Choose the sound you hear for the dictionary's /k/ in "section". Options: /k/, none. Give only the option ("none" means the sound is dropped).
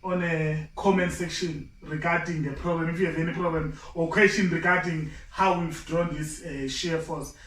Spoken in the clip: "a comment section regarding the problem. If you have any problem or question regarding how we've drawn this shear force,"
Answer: /k/